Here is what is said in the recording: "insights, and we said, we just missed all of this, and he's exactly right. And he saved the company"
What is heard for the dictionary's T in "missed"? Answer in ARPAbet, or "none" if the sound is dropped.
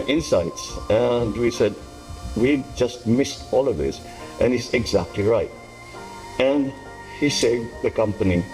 T